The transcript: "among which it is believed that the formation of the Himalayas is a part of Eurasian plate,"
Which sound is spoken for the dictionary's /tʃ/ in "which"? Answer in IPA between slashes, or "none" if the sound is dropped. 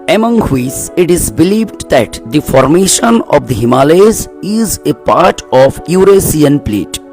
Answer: /s/